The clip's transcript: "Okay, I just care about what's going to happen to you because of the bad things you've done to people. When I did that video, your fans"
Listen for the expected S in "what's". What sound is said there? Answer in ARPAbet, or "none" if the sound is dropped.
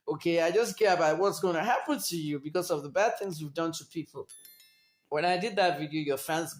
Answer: S